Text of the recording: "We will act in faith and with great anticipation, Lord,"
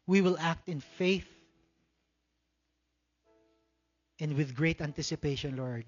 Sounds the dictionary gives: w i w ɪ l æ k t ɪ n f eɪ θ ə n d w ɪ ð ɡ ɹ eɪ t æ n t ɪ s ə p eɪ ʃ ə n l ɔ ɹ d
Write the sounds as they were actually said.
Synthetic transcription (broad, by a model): w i w ɪ l æ k t ɪ n f eɪ θ ə n d w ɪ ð ɡ ɹ eɪ t æ n t ɪ s ə p eɪ ʃ ə n l ɔ ɹ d